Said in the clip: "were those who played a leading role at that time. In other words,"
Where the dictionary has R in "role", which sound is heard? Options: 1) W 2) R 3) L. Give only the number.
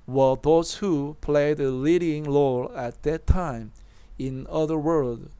3